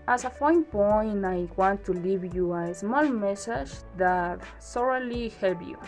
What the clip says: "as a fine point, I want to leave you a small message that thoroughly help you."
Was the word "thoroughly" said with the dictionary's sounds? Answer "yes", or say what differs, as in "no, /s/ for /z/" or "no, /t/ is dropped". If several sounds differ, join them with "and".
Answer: no, /s/ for /θ/